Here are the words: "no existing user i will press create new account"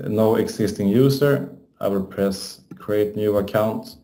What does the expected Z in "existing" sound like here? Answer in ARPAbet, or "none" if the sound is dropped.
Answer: S